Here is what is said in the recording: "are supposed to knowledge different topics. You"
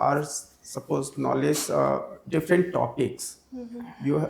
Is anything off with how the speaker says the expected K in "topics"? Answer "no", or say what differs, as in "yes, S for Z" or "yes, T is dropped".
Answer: no